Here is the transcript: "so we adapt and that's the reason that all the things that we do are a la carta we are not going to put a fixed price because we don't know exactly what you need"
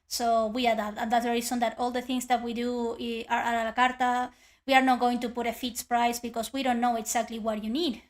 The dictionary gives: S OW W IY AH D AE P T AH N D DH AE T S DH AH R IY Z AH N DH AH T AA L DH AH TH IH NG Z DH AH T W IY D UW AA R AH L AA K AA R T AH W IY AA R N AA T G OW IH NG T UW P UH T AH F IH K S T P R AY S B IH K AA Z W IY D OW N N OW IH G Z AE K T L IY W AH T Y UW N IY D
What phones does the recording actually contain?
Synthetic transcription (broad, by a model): S OW W IY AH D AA T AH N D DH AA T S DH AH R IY S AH N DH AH T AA L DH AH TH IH NG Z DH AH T W IY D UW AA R AH L AA K AA R T AH W IY AA R N AA T G OW IH NG T UW P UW T AH F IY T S P R AY S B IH K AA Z W IY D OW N N OW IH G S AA K T L IY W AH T Y UW N IY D